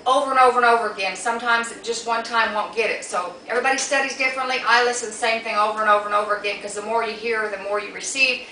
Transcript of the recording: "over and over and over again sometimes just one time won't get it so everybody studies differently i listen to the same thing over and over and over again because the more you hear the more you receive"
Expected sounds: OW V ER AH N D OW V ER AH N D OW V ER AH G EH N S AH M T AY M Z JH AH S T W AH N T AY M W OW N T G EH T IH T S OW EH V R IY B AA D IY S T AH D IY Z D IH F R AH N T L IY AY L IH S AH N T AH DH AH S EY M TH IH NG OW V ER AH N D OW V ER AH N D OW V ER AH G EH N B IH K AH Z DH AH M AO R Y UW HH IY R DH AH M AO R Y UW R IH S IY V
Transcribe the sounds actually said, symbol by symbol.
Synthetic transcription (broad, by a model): OW V ER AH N OW V ER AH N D OW V ER AH G EH N S AH M T AY M Z JH AH S T W AH N T AY M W OW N G EH T IH T S OW EH V R IY B AA D IY S T AH D IY Z D IH F R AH N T L IY AY L IH S AH N DH AH S EY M TH IH NG OW V ER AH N OW V ER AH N OW V ER AH G EH N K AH Z DH AH M AO R Y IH HH IY R DH AH M AO R Y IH R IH S IY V